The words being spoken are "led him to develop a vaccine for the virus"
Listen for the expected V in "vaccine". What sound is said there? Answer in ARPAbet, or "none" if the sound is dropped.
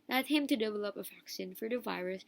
F